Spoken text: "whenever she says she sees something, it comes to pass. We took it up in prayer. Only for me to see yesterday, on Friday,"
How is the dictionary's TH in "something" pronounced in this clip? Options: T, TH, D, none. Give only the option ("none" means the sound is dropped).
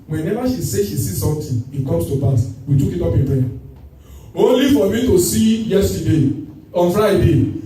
T